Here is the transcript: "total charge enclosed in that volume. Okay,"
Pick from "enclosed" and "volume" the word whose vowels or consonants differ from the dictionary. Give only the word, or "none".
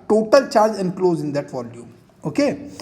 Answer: enclosed